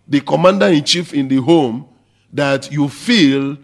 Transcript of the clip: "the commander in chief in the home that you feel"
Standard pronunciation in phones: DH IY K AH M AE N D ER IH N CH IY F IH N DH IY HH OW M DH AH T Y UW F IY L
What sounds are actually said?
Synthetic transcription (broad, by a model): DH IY K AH M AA N D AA IH N CH IY F IH N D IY HH OW M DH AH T Y UW F IY L